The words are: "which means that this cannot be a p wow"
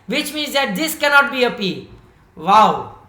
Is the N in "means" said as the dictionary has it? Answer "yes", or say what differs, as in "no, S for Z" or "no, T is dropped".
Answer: yes